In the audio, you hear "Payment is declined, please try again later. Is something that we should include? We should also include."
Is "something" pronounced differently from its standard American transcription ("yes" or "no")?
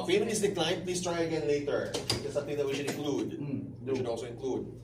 yes